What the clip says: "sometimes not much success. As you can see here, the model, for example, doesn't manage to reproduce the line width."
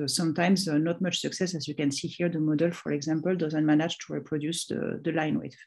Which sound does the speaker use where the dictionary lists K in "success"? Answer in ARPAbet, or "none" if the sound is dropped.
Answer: K